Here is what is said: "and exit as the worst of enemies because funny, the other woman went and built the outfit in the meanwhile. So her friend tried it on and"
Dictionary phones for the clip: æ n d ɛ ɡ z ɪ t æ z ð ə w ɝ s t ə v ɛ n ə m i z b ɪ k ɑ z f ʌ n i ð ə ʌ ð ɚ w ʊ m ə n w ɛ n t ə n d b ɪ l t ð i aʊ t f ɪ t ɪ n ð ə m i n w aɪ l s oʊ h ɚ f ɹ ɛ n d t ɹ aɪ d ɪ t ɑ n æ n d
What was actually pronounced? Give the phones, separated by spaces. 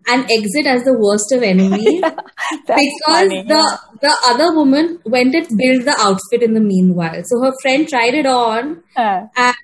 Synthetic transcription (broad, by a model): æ n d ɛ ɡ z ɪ t æ z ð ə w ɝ s t ə v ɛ n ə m i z b ɪ k ɑ z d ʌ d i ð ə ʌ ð ɚ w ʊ m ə n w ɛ n t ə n b ɪ l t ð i aʊ t f ɪ t ɪ n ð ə m i n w aɪ l s oʊ h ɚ f ɹ ɛ n d t ɹ aɪ d ɪ t ɑ n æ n